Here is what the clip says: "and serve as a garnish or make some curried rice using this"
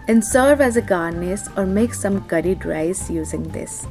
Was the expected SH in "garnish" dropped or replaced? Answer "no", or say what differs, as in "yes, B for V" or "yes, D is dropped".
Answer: yes, S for SH